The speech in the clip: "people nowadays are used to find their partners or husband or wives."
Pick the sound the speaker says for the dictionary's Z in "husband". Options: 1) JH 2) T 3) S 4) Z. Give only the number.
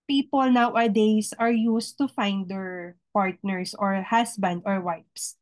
3